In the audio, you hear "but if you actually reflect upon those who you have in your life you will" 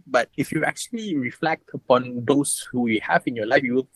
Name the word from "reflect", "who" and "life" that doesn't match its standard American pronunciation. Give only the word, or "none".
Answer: none